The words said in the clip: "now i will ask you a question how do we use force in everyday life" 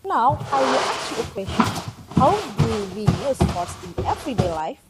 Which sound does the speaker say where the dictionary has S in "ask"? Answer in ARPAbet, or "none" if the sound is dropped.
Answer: none